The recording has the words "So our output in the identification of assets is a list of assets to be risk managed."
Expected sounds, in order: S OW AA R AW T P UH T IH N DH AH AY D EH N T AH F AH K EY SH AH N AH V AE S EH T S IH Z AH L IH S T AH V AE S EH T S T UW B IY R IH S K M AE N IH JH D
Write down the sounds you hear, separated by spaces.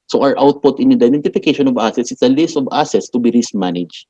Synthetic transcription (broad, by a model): S OW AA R AW T P UH T IH N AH D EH N T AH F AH K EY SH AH N AH V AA S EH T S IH S AH L IH S T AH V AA S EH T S T UW B IY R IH S M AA N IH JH